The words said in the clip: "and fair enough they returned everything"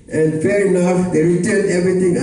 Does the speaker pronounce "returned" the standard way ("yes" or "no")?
no